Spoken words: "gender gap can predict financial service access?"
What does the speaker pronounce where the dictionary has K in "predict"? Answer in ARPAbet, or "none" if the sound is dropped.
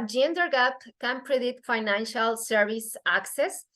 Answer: none